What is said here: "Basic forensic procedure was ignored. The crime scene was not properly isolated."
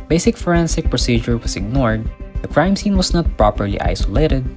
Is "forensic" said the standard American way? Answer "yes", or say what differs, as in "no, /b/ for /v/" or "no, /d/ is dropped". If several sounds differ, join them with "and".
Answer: yes